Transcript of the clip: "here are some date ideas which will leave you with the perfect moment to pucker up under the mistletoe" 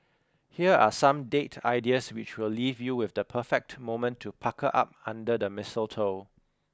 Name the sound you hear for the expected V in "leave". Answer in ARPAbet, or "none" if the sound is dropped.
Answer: V